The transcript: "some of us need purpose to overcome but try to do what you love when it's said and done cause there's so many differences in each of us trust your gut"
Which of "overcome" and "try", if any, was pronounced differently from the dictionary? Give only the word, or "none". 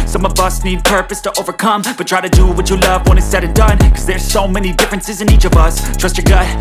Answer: none